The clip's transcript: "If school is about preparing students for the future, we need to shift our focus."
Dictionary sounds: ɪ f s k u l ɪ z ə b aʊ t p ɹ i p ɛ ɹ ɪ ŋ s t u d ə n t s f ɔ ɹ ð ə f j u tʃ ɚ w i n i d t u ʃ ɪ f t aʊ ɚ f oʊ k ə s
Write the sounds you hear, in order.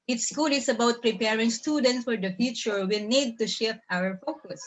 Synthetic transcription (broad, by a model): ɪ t s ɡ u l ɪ s ə b aʊ t p ɹ i p ɛ ɹ ɪ ŋ s t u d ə n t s f ɔ ɹ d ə f j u tʃ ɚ w i n i d t u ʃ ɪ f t aʊ ɚ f oʊ k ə s